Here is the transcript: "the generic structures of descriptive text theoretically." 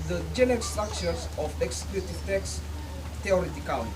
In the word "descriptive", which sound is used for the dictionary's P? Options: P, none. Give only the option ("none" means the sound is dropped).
none